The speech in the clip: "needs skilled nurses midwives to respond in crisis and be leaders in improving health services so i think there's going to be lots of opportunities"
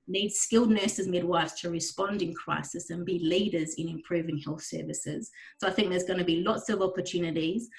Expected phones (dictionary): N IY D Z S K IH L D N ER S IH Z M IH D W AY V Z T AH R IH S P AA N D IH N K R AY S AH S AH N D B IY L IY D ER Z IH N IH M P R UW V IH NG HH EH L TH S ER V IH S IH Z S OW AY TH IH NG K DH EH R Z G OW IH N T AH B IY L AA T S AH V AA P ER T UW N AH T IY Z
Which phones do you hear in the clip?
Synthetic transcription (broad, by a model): N IY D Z S K IH L D N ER S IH Z M IH D W AY V Z T AH R IH S P AA N D IH N K R AY S AH S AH N B IY L IY D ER Z IH N IH M P R UW V IH NG HH EH L TH S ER V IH S IH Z S OW AY TH IH NG K DH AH Z G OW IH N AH B IY L AA T S AH V AA P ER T UW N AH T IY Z